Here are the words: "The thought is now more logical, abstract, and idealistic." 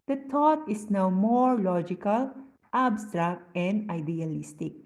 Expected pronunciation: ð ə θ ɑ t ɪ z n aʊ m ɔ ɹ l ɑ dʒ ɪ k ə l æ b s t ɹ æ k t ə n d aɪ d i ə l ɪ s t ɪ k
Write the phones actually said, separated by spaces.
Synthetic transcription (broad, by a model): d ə t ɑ t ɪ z n aʊ m ɔ ɹ l ɑ dʒ ɪ k ə l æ b s t ɹ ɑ k t ə n d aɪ d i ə l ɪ s t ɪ k